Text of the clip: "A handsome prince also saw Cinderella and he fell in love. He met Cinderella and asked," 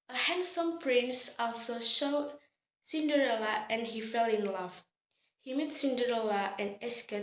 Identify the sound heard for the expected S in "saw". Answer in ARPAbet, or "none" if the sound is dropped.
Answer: SH